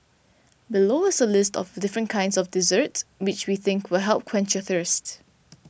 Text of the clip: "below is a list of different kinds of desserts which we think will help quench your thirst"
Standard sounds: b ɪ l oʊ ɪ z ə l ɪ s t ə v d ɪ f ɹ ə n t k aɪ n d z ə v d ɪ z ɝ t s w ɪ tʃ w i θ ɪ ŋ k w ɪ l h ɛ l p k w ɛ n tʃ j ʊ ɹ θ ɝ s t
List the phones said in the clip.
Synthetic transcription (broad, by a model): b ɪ l oʊ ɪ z ə l ɪ s t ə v d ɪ f ɹ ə n k aɪ n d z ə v d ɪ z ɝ t s w ɪ tʃ w i θ ɪ ŋ k w ɪ l h ɛ l p k w ɛ n tʃ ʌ θ ɝ s t